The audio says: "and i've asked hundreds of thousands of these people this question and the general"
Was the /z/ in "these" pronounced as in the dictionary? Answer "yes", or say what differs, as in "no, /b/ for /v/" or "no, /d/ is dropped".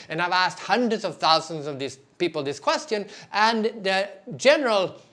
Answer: no, /s/ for /z/